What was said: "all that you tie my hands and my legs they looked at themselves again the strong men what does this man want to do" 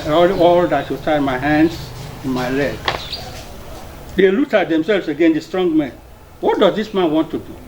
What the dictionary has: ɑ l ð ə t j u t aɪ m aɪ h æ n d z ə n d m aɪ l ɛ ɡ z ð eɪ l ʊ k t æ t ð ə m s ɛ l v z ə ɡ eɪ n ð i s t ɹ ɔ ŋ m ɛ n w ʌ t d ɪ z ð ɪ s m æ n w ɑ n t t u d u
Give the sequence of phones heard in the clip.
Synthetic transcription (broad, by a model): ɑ l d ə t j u t aɪ m aɪ h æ n d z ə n m aɪ l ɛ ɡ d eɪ l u t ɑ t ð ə m s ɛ l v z ə ɡ eɪ n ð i s t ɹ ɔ ŋ m ɛ n w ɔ t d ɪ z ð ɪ s m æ n w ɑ n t t u d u